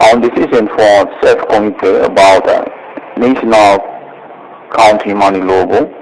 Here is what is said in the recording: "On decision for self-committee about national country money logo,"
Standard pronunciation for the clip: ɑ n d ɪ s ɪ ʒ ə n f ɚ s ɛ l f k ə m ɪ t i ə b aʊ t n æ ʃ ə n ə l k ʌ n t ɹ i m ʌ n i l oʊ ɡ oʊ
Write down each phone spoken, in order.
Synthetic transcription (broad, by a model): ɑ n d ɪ s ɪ s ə n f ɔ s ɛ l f k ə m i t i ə b aʊ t n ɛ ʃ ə n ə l k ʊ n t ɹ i m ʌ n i l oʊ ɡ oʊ